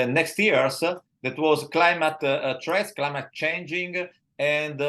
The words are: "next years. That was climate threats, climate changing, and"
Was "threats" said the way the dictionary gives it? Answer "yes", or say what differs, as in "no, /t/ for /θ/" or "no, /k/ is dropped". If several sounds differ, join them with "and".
no, /t/ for /θ/